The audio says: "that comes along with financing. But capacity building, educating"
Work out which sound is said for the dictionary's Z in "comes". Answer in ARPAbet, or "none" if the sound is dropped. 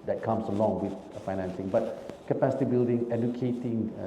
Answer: S